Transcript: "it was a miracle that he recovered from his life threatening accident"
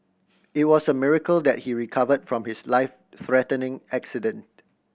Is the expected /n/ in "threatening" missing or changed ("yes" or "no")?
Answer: no